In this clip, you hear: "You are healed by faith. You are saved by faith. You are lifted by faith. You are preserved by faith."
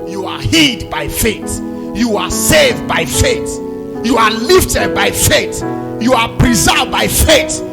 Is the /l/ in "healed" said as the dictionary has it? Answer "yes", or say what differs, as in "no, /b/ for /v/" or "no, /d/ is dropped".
no, /l/ is dropped